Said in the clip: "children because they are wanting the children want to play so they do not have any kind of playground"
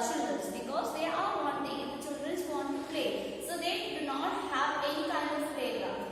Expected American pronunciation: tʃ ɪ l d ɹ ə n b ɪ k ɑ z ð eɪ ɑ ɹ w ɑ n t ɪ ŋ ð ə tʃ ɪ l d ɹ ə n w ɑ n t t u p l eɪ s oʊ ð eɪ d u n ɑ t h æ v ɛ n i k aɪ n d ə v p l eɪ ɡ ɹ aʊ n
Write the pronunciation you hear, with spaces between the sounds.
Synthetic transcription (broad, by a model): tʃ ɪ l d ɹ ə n b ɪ k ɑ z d eɪ ɑ ɹ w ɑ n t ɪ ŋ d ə tʃ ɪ l d ɹ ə n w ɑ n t t u p l eɪ s oʊ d eɪ d u n ɑ t h æ v ɛ n i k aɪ d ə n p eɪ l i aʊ